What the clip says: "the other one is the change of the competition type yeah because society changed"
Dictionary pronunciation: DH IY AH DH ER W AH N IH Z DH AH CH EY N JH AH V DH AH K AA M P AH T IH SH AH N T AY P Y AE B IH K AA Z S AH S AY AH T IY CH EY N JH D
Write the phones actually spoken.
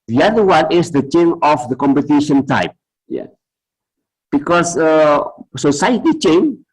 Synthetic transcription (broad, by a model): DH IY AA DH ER W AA N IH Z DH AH CH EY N AH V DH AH K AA M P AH T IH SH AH N T AY P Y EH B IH K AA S S AH S AY AH T IY CH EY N